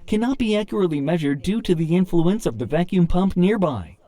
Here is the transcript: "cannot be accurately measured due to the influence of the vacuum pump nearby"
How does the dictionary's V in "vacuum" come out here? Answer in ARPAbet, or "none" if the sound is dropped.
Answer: V